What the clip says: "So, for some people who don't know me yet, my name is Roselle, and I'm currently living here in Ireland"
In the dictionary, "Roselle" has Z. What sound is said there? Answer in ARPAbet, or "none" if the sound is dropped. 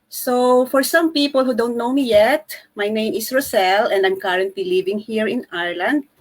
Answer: S